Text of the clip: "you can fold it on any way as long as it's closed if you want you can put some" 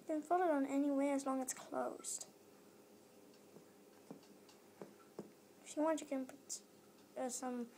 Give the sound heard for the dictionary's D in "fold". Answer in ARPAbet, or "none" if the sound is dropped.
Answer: none